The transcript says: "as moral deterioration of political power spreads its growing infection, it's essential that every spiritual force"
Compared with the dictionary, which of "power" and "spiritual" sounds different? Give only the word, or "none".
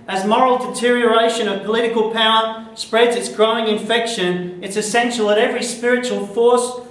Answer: none